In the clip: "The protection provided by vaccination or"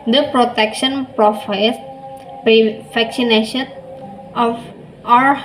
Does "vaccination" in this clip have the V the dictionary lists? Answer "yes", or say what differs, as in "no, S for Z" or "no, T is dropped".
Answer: no, F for V